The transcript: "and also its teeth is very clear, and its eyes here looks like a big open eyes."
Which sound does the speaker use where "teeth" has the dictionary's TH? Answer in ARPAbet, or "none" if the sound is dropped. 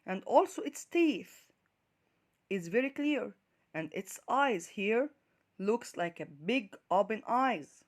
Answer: TH